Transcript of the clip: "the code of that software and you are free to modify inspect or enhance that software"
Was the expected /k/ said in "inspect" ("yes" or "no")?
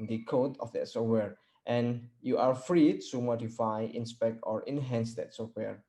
yes